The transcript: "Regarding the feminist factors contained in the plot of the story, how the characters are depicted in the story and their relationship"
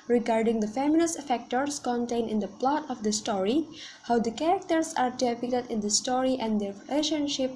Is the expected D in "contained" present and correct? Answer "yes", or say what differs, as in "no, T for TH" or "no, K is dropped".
no, D is dropped